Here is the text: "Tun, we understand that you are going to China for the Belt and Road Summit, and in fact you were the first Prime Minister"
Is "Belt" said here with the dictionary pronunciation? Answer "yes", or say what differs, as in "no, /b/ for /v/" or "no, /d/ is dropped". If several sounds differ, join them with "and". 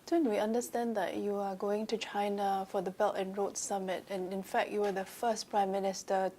yes